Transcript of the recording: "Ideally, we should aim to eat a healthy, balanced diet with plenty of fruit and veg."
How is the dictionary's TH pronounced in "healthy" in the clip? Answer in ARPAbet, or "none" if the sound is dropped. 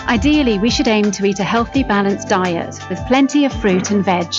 TH